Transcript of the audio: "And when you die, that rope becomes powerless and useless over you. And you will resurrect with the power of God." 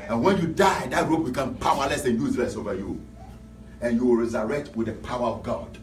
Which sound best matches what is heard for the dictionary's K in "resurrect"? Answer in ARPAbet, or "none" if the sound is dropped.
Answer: K